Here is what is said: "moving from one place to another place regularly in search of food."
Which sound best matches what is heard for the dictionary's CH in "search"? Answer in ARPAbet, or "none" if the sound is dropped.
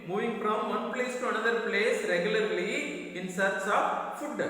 S